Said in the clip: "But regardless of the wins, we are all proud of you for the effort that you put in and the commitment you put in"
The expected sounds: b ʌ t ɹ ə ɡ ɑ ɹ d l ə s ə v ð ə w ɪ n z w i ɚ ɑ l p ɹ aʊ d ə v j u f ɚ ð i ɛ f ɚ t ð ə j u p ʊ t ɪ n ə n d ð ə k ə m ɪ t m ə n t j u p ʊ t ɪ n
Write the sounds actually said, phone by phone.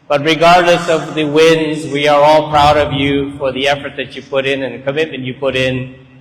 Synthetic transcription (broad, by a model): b ʌ t ɹ ə ɡ ɑ ɹ d l ə s ə v ð ə w ɪ n z w i ɚ ɑ l p ɹ aʊ d ə v j u f ɚ ð i ɛ f ɚ t ð ə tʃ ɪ p ʊ t ɪ n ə n ð ə k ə m ɪ t m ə n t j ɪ p ʊ t ɪ n